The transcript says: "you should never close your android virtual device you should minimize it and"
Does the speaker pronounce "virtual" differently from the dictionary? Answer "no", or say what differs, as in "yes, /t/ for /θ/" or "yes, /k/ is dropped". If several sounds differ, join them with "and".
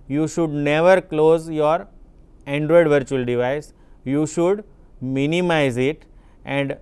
no